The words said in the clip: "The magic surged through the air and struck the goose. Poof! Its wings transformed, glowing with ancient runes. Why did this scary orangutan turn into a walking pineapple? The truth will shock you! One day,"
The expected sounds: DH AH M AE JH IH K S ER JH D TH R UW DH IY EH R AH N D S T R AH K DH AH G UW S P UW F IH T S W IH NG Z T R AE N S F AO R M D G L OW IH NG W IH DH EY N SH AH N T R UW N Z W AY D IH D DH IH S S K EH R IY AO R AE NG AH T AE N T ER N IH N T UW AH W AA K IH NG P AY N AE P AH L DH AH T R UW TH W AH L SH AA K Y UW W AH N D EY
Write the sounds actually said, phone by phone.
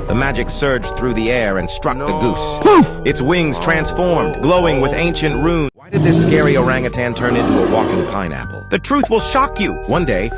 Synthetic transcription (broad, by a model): DH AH M AE JH IH K S ER JH TH R UW DH IY EH R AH N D S T R AH K DH AH G UW S P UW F IH T S W IH NG Z T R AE N S F AO R M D G L OW IH NG W IH DH EY N SH AH N T R UW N W AY D IH D DH IH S S K EH R IY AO R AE NG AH T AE N T ER N IH N T UW AH W AA K IH NG P AY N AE P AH L DH AH T R UW TH W AH L SH AA K Y UW W AH N D EY